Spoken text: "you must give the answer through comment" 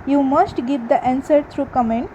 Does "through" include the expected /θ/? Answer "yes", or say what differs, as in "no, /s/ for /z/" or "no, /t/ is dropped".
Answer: no, /t/ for /θ/